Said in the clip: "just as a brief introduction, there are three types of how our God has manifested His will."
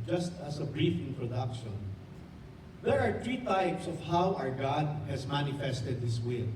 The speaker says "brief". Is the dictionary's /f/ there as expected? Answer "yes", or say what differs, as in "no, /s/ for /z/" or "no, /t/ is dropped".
yes